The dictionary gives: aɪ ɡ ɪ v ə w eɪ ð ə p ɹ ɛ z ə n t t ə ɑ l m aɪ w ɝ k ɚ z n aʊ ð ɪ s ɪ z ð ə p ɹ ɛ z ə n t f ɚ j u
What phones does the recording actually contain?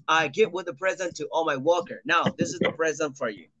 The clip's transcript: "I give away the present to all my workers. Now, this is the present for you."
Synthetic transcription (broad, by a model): aɪ ɡ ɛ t w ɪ ð ə p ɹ ɛ z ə n t t ɑ l m aɪ w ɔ k ɚ n aʊ ð ɪ s ɪ z ð ə p ɹ ɛ z ə n t f ɚ j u